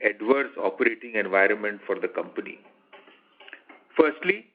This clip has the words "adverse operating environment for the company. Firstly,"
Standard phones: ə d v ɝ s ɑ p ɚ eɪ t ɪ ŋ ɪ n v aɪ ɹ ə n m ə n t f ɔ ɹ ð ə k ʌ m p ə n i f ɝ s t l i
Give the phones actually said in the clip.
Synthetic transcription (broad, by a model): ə d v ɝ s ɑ p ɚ eɪ t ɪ ŋ ɪ n v aɪ ɹ ə n m ə n t f ɔ ɹ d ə k ʌ m p ə n i f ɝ s t l i